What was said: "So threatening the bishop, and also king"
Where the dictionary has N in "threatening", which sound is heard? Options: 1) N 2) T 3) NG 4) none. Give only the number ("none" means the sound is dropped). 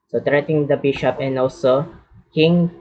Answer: 4